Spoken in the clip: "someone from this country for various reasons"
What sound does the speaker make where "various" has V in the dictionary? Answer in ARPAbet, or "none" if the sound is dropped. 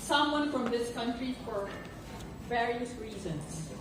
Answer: V